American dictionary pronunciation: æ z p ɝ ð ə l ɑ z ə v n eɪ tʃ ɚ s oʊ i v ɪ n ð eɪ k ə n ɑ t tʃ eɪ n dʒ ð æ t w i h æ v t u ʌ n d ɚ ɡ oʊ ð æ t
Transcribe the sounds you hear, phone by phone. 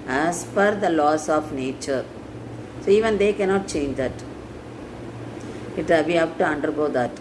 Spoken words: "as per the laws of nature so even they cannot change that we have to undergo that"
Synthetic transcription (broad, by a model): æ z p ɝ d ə l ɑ s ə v n eɪ tʃ ɚ s oʊ i v ɪ n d eɪ k ə n ɑ t tʃ eɪ n dʒ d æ t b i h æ b t u ʌ n d ɚ ɡ oʊ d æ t